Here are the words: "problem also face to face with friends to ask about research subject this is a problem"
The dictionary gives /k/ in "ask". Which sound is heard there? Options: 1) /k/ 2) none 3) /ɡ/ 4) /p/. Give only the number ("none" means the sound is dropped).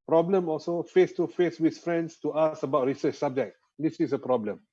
2